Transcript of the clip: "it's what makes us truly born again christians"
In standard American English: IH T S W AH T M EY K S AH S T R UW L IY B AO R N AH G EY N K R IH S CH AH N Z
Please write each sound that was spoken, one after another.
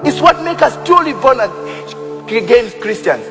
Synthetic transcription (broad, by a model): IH T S W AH T M EY K AH S T R UW L IY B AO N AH G EY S K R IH S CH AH N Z